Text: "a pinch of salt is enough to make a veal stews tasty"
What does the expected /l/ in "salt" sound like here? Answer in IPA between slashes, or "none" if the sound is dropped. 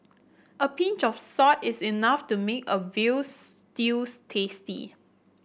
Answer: none